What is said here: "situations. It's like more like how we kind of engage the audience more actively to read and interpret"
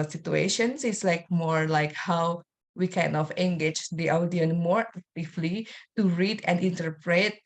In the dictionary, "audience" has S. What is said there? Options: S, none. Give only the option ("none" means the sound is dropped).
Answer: none